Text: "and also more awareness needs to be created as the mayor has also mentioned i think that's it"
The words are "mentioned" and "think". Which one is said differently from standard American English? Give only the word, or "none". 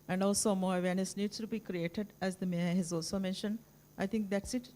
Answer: think